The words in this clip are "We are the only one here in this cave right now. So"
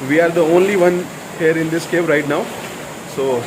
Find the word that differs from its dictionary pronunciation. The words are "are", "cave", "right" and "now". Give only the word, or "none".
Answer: cave